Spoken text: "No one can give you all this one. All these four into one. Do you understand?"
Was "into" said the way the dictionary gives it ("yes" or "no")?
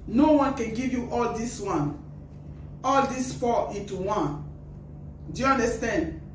no